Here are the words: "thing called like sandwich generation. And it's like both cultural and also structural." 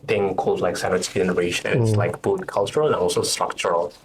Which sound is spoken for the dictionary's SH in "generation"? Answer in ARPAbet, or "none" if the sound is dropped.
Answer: none